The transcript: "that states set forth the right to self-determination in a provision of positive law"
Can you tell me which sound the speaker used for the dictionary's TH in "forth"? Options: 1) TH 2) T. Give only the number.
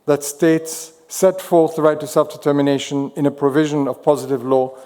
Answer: 1